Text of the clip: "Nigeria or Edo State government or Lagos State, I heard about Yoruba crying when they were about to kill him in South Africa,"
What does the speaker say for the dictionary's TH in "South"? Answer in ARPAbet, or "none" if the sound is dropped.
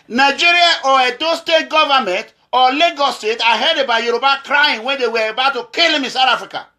T